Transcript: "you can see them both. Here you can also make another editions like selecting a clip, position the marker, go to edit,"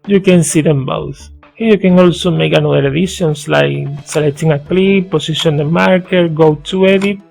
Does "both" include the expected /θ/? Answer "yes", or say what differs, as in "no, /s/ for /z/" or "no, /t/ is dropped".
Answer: no, /s/ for /θ/